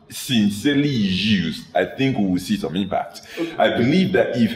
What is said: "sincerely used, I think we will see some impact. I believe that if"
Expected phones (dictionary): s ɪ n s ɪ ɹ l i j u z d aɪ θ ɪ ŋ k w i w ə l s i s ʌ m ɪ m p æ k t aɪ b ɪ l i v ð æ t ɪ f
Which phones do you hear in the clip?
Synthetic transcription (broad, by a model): s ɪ n s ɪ l i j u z aɪ θ ɪ ŋ k w i w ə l s i s ʌ m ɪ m p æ k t aɪ b ɪ l i v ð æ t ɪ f